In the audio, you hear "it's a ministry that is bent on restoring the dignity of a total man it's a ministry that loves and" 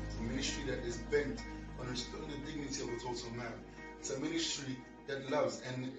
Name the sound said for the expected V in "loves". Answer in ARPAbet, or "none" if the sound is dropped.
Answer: V